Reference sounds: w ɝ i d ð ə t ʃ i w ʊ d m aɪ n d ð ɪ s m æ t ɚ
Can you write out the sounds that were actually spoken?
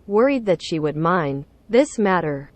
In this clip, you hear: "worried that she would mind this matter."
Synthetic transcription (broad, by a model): w ɝ i d ð ə t ʃ i w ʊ d m aɪ n ð ɪ s m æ t ɚ